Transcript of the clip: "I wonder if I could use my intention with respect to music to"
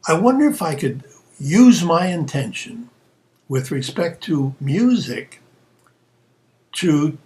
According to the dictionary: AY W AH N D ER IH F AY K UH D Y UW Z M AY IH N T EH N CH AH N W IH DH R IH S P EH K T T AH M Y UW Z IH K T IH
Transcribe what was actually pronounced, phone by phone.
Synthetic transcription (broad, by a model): AY W AH N D ER IH F AY K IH D Y UW Z M AY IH N T EH N SH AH N W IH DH R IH S P EH K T T AH M Y UW Z IH K T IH